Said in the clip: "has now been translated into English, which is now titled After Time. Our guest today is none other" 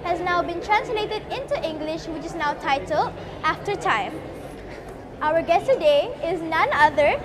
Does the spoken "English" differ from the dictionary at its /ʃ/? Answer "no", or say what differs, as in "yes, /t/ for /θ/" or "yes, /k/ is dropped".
no